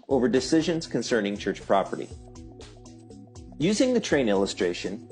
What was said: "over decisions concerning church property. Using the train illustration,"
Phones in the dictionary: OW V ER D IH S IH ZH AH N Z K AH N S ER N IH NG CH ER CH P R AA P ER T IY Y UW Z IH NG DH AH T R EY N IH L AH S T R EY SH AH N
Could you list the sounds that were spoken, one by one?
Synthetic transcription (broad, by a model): OW V ER D IH S IH ZH AH N Z K AH N S ER N IH NG CH ER CH P R AA P ER T IY Y UW Z IH NG DH AH T R EY N IH L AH S T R EY SH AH N